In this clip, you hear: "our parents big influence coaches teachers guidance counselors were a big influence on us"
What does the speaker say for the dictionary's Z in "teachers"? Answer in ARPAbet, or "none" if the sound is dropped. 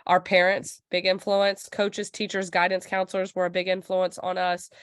Z